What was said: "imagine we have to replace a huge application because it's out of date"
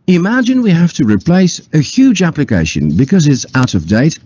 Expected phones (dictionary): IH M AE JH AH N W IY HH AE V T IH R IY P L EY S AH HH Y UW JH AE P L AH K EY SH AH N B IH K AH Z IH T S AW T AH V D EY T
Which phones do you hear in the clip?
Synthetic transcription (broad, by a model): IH M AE JH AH N W IY HH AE F T IH R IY P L EY S AH HH Y UW JH AE P L AH K EY SH AH N B IH K AH Z IH T S AW T AH V D EY T